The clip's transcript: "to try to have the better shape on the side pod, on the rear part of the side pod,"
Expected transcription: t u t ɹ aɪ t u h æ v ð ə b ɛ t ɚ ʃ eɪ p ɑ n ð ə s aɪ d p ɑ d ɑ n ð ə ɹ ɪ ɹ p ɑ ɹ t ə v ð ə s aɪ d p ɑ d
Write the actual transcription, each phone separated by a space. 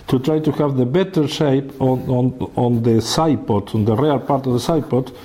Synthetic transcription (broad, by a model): t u t ɹ aɪ t u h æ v ð ə b ɛ t ɚ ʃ eɪ p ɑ n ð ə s aɪ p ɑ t ɑ n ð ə ɹ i l p ɑ ɹ t ə v ð ə s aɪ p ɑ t